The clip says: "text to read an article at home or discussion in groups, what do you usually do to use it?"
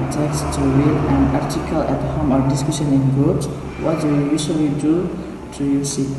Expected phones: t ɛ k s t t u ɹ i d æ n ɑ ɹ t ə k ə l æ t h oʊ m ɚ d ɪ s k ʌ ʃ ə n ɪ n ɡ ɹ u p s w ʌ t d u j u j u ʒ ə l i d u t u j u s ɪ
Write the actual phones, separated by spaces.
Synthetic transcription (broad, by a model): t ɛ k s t t u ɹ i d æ n ɑ ɹ t ə k ə l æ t h oʊ m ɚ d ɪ s k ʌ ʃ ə n ɪ n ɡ u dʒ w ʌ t d u j u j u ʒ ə l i d u t u j u s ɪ